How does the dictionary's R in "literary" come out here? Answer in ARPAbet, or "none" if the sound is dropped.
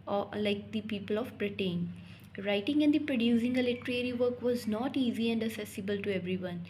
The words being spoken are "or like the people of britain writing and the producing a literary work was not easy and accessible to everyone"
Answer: R